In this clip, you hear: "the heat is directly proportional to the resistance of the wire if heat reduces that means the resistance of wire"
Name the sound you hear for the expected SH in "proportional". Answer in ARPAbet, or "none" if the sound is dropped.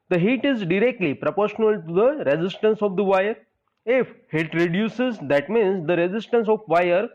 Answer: SH